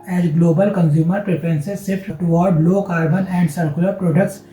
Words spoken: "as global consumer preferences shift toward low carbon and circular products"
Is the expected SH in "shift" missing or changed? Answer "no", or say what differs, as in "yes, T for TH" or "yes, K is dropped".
yes, S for SH